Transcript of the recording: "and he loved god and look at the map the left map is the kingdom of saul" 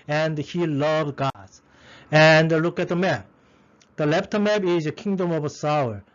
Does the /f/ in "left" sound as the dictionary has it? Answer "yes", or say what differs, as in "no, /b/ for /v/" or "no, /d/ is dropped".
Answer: no, /p/ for /f/